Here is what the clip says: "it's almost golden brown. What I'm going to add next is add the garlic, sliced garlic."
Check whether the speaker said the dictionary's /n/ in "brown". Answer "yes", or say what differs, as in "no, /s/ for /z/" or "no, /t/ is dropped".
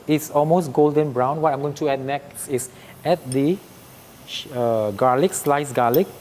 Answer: yes